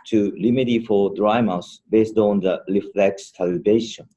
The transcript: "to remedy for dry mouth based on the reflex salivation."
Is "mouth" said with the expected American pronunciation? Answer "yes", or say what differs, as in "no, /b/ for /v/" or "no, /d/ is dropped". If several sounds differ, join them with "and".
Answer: no, /s/ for /θ/